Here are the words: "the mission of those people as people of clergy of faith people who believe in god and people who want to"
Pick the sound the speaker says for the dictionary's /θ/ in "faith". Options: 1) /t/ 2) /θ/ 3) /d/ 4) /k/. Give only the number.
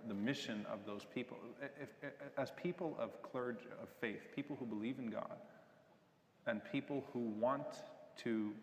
2